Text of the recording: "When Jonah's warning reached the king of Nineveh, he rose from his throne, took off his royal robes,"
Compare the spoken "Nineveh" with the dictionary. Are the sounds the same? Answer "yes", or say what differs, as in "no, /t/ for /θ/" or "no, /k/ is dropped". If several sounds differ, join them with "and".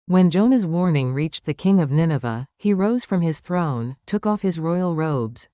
yes